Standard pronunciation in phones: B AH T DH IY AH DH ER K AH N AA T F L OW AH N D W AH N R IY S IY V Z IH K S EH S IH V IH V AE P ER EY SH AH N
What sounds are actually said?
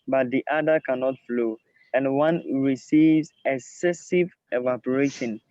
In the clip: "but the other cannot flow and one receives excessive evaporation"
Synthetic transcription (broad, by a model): B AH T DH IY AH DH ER K AH N AA T F L OW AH N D W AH N R IY S IY V Z IH K S EH S IH V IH V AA P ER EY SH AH N